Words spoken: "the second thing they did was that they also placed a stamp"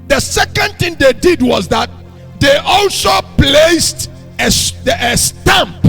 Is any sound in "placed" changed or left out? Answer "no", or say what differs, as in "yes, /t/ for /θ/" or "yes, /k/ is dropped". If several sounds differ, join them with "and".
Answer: no